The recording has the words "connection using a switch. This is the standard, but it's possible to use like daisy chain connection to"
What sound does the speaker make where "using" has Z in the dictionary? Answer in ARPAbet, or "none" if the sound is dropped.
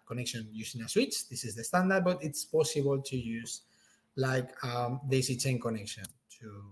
S